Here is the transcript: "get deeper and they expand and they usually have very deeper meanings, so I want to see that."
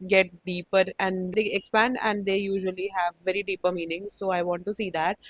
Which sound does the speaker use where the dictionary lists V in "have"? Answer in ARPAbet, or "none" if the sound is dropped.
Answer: V